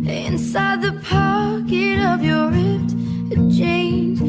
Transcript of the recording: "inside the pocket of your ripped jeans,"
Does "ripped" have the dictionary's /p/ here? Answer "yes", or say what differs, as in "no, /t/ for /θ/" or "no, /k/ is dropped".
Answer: no, /p/ is dropped